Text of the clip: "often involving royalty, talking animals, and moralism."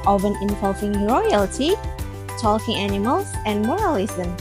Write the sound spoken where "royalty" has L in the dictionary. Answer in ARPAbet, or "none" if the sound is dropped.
L